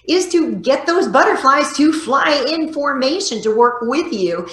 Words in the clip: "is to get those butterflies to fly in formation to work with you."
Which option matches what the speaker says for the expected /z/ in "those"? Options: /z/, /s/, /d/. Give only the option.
/z/